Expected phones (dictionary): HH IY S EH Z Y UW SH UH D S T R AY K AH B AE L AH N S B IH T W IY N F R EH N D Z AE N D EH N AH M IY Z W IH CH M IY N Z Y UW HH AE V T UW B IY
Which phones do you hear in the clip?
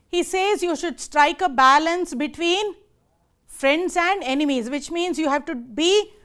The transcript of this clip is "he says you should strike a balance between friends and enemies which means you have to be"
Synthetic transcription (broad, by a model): HH IY S EH Z Y UW SH UH D S T R AY K AH B AE L AH N S B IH T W IY N F R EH N D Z AE N D EH N AH M IY Z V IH CH M IY N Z Y UW HH AE V T UW B IY